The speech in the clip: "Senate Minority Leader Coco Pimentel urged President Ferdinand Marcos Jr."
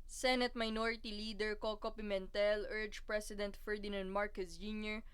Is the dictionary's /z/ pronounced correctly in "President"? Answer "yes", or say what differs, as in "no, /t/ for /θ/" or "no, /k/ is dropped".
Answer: no, /s/ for /z/